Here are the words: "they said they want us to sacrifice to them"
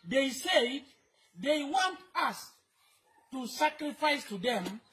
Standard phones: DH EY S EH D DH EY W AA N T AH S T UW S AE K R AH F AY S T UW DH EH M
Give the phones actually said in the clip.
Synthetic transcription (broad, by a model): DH EY S EH D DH EY W AA N T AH S T UW S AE K R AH F AY S T UW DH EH M